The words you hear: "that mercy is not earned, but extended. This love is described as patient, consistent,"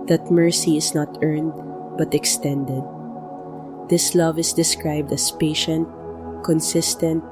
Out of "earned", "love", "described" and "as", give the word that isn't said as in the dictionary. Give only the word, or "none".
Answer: as